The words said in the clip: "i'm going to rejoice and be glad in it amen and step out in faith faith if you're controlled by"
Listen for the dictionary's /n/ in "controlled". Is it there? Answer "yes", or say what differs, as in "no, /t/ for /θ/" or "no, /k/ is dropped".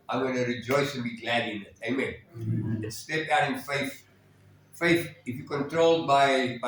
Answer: yes